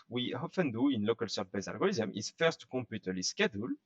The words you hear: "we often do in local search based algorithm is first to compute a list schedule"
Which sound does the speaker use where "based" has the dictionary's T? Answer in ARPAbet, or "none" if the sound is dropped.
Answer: none